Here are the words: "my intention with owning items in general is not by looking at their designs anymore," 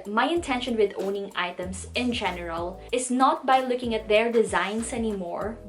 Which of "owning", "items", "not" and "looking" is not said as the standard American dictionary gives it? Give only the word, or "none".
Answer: items